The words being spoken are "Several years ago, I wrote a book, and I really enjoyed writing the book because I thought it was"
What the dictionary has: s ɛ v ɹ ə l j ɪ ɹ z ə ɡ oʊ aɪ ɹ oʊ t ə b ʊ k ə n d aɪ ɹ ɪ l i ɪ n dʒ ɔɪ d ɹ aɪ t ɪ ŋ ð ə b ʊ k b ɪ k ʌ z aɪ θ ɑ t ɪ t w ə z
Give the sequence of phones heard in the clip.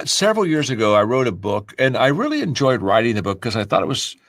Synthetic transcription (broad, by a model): s ɛ v ɹ l j ɪ ɹ z ə ɡ oʊ aɪ ɹ oʊ t ə b ʊ k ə n aɪ ɹ ɪ l i ɪ n dʒ ɔɪ d ɹ aɪ t ɪ ŋ ð ə b ʊ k k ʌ z aɪ θ ɑ t ɪ t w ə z